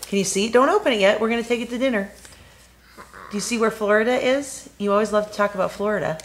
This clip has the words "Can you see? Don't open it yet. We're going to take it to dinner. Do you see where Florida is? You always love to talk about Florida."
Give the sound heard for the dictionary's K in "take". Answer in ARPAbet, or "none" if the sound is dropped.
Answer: K